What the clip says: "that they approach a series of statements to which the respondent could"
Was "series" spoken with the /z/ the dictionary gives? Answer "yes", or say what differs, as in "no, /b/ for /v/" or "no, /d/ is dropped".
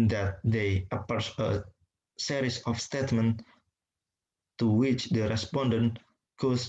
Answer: no, /s/ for /z/